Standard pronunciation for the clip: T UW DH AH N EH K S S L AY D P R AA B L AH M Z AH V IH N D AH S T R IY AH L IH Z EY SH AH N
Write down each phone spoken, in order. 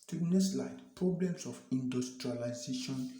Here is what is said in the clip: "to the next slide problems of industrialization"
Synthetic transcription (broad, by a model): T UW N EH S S L AY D P R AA B L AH M S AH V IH N D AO S T R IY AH L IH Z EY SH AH N